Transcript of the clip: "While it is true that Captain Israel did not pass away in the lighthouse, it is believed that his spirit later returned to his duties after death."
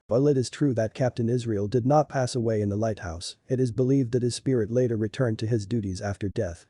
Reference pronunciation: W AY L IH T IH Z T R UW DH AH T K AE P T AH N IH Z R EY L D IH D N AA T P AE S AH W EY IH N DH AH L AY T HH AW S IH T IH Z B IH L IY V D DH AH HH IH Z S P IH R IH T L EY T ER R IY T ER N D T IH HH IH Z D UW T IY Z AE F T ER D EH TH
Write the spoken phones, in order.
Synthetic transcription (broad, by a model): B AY L IH T IH Z T R UW DH AH T K AE P T AH N IH Z R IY L D IH D N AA T P AE S AH W EY IH N DH AH L AY T HH AW S IH T IH Z B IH L IY V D DH AH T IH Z S P IH R IH T L EY T ER R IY T ER N T IH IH Z D UW T IY Z AE F T ER D EH TH